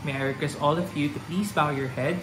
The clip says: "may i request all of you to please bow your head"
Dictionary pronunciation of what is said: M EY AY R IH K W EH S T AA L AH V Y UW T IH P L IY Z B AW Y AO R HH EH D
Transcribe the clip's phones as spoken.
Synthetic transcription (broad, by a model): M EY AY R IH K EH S AA L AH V Y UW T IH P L IY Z B AW Y AO R HH EH D